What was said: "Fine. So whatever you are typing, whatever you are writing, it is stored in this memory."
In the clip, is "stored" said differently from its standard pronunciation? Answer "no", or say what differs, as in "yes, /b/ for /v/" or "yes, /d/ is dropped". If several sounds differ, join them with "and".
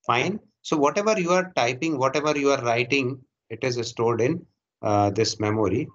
yes, /l/ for /ɹ/